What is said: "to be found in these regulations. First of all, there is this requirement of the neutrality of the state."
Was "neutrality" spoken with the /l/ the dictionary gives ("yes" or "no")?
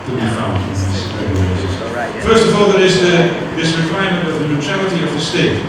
yes